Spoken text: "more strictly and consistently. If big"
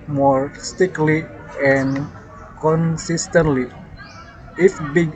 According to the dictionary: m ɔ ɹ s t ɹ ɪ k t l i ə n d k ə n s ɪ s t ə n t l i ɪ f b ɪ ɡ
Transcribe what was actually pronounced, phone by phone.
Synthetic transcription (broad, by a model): m ɔ ɹ s t ɪ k l i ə n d k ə n s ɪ s t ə n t l i ɪ f b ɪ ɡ